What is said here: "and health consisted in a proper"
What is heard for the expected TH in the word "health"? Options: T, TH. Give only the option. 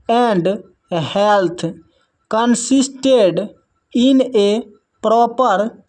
T